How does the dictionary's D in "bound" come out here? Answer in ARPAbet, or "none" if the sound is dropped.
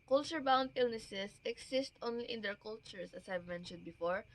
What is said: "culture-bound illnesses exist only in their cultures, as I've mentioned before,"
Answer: D